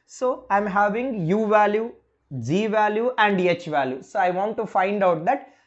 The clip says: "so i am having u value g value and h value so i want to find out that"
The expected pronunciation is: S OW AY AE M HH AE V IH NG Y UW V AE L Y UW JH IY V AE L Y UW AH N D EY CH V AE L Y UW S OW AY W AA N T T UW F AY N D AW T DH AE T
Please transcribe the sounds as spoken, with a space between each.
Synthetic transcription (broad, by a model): S OW AY M HH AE V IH NG Y UW V AE L Y UW JH IY V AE L Y UW AH N D EY CH V AE L Y UW S OW AY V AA N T T UW F AY N D AW T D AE T